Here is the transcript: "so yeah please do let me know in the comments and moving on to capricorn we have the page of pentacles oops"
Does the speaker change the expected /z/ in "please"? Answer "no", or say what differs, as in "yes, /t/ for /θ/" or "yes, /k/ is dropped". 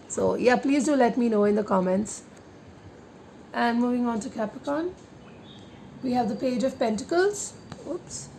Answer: no